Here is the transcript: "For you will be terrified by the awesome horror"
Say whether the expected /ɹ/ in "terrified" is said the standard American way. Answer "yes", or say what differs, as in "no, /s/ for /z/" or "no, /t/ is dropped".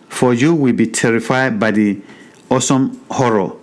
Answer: yes